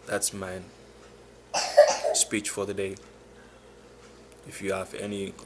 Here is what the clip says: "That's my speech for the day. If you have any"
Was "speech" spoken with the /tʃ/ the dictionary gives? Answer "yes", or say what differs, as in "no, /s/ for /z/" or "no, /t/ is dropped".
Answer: yes